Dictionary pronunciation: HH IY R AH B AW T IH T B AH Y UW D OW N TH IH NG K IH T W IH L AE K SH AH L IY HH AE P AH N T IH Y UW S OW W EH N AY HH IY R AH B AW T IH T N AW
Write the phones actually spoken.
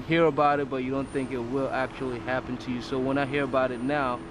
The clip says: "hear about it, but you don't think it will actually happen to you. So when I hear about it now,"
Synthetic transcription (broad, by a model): HH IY R AH B AW T IH T B AH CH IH D OW N TH IH NG K IH T W IH L AE K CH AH L IY HH AE P AH N T IH Y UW S OW W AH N AY HH IY R AH B AW T IH T N AW